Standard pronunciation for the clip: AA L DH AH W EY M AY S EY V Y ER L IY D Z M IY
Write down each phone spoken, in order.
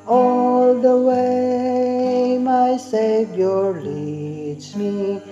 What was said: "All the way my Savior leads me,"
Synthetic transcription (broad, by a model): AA L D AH W EY M AY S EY B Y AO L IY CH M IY